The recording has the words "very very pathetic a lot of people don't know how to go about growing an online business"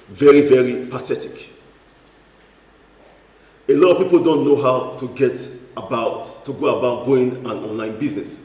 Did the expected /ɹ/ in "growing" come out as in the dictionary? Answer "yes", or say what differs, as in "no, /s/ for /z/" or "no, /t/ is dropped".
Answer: no, /ɹ/ is dropped